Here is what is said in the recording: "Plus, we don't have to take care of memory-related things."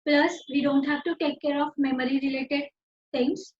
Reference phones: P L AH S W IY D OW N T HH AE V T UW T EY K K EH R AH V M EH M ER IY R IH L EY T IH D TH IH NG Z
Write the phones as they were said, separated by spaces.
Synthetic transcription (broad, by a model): P L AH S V IY D OW N T HH AE V T UW T EY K K EH R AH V M EH M ER IY R IH L EY T IH D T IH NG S